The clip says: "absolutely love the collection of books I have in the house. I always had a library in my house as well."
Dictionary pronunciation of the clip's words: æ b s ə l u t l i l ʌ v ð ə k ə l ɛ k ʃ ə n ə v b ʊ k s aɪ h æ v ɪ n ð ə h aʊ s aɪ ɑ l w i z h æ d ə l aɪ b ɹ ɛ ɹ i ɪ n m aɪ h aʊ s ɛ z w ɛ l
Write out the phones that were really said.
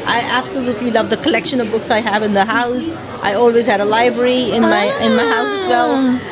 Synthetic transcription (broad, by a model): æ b s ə l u t l i l ʌ v ð ə k ə l ɛ k ʃ ə n ə v b ʊ k s aɪ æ v ɪ n ð ə h aʊ s aɪ ɑ l w i z h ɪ d ə l aɪ b ɹ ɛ ɹ i ɪ n m aɪ h aʊ s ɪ z w ɛ l